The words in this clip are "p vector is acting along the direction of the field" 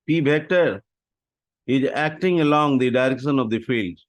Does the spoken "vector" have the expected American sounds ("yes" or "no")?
no